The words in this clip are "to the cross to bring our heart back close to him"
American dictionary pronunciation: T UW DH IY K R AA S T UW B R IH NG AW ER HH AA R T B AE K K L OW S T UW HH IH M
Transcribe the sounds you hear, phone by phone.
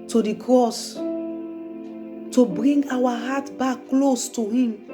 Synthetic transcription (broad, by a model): T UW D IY K R AA S T UW B R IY NG AW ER HH AA T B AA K K L OW S T UW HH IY M